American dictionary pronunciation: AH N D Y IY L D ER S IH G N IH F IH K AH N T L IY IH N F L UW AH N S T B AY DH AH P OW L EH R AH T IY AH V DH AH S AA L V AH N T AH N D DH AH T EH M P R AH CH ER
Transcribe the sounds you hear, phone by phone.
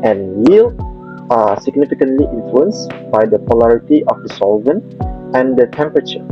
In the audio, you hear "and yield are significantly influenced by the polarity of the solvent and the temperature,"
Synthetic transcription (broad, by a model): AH N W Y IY L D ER S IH G N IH F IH K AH N T L IY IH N F L UW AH N S B AY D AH P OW L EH R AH T IY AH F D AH S AA L V AH N T AH N D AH T EH M P R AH CH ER